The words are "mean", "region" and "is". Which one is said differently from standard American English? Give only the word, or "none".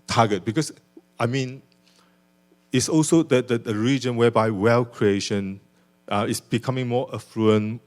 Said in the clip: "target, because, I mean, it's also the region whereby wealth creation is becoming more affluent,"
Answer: is